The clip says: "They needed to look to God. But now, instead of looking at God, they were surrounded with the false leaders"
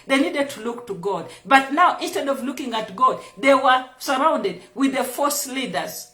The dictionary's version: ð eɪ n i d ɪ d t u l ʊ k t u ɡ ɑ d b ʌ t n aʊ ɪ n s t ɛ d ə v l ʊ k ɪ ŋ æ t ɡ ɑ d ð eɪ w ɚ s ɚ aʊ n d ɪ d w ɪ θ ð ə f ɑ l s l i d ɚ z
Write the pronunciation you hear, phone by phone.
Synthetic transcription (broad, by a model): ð eɪ n i d ɪ d t u l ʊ k t u ɡ ɑ d b ʌ t n aʊ ɪ n s t ɛ d ə v l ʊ k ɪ ŋ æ t ɡ ɑ d ð eɪ w ɚ s ɚ aʊ n d ɪ d w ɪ ð ə f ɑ s l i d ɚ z